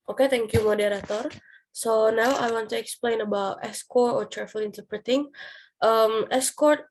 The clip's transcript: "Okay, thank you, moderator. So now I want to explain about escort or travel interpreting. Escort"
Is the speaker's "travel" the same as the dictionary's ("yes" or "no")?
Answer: no